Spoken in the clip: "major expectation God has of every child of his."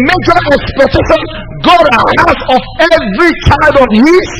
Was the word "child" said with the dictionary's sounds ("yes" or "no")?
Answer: no